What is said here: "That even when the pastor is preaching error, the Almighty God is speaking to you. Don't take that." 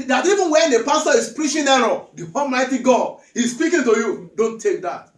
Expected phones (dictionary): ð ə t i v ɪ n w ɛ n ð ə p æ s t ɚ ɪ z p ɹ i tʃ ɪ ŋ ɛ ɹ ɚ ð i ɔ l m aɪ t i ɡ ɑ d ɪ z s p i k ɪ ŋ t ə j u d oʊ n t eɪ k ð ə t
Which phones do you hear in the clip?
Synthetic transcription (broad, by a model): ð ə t i v ɪ n w ɛ n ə p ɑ s t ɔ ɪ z p ɹ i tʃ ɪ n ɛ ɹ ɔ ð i ɔ l m aɪ t i ɡ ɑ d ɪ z s p i k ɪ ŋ t ə j u d oʊ n t eɪ k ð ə t